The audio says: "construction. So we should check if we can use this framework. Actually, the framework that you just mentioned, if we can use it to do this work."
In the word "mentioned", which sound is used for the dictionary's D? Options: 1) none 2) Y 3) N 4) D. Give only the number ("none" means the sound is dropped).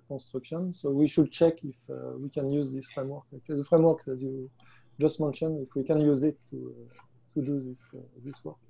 1